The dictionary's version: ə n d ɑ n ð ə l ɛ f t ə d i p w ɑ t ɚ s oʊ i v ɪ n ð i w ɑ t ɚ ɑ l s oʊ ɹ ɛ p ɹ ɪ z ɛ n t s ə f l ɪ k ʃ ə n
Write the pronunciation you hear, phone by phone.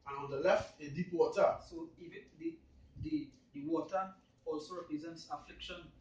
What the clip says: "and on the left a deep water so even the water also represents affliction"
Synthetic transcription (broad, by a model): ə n ɑ n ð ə l ɛ f t ə d i p w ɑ t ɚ s oʊ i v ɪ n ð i w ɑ t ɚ ɑ l s oʊ ɹ ɛ p ɹ ɪ z ɛ n t s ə f l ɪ k ʃ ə n